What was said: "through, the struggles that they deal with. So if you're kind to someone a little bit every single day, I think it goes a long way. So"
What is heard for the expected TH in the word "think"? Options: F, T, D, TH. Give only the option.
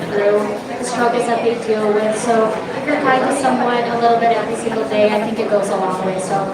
TH